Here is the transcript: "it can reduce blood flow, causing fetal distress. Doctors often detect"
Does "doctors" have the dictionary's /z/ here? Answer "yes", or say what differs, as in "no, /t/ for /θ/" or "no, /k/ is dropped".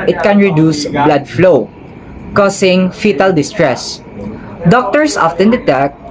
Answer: no, /s/ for /z/